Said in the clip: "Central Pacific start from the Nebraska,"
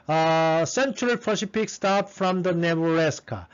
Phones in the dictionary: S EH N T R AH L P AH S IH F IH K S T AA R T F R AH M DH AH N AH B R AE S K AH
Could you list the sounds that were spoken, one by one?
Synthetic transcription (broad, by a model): S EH N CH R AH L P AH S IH P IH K S T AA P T F R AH M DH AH N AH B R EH S K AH